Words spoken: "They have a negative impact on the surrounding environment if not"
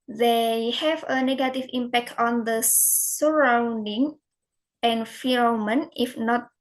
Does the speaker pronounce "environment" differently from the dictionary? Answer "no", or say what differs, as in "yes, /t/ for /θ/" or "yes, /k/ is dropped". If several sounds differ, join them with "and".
yes, /f/ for /v/